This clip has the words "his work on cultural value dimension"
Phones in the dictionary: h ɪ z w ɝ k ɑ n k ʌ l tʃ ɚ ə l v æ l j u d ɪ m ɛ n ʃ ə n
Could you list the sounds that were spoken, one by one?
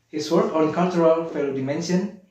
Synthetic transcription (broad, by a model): h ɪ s w ɝ k ɑ n k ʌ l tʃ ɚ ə l f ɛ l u d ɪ m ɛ n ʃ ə n